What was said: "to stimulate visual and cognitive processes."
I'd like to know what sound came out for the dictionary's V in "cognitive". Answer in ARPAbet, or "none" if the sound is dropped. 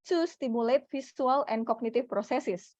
F